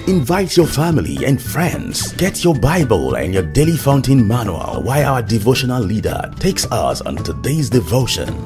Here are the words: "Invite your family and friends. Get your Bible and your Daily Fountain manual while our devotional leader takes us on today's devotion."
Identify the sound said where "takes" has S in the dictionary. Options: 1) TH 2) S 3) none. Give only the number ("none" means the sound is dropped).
2